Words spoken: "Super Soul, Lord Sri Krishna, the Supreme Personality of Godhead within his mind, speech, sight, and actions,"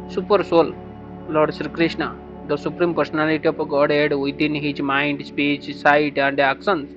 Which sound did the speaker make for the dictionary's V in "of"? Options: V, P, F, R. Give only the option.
P